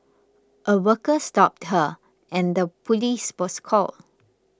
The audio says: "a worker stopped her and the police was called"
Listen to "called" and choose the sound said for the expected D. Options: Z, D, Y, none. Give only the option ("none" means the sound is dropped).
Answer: none